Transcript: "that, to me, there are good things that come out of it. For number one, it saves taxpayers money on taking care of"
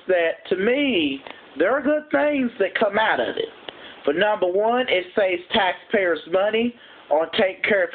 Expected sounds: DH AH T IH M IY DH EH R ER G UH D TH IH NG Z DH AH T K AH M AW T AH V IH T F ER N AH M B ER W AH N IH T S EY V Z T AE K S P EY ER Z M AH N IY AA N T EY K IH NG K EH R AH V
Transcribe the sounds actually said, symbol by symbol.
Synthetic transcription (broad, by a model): DH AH T IH M IY DH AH R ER G UH D TH IH NG Z DH AH T K AH M AW T AH V IH T F ER N AH M B ER W AH N IH T S EY Z T AE K S P EY ER Z M AH N IY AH N T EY IH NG K EH R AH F